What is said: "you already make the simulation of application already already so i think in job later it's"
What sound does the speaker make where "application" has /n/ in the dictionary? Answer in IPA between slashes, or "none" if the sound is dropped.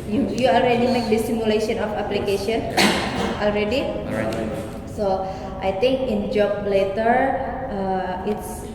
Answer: none